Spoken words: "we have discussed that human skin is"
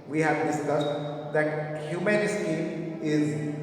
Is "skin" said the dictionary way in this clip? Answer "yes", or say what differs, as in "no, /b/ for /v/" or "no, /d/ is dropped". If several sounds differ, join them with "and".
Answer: no, /n/ is dropped